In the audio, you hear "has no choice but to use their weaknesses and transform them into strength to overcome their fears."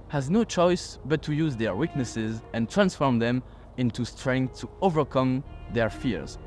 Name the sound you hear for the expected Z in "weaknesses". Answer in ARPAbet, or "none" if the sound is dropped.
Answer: Z